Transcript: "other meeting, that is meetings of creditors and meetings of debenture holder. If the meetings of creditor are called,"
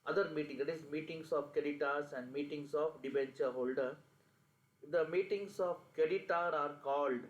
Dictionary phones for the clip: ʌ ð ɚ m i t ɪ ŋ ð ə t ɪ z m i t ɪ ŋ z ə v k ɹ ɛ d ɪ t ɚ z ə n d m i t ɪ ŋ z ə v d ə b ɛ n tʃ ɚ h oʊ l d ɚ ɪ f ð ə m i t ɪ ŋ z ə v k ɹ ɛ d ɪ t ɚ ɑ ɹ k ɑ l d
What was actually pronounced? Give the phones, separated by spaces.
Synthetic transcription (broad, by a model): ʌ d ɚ m i t ɪ ŋ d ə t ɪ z m i t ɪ ŋ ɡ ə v k ɛ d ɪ t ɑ s ə n d m i t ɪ ŋ s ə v d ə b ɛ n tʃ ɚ h oʊ l d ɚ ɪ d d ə m i t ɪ ŋ s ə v k ɛ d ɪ t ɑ ɑ ɹ k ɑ l d